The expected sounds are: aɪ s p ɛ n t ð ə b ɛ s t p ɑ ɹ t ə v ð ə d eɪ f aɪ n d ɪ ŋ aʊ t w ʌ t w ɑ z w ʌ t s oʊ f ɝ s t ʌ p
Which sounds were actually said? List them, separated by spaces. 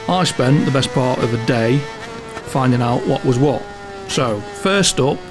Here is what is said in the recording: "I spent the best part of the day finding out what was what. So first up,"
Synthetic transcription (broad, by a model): aɪ s p ɛ n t ð ə b ɛ s p ɑ ɹ t ə v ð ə d eɪ f aɪ n d ɪ ŋ aʊ t w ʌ t w ɑ z w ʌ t s oʊ f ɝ s t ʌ p